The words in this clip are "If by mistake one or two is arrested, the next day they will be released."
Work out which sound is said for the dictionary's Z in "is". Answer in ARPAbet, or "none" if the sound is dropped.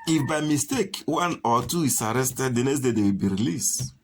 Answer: S